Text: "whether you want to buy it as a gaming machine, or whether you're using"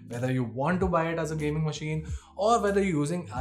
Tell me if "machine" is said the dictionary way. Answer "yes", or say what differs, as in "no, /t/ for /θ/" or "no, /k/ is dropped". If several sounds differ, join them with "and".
yes